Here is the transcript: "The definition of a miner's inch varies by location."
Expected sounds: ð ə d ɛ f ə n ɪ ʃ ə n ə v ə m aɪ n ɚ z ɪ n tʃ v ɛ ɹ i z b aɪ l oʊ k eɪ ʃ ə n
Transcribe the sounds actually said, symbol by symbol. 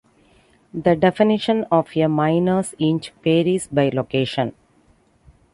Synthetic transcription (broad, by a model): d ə d ɛ f ə n ɪ ʃ ə n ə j ə m aɪ n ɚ s ɪ n tʃ p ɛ ɹ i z b aɪ l oʊ k eɪ ʃ ə n